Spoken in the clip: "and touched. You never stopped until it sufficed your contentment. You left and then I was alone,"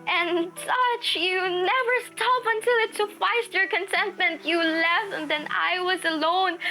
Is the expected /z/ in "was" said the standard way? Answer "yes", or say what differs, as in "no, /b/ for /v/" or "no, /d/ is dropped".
yes